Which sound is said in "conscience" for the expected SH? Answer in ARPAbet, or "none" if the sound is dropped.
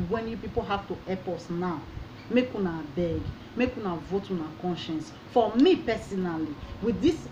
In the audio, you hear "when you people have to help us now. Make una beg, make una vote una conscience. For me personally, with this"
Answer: SH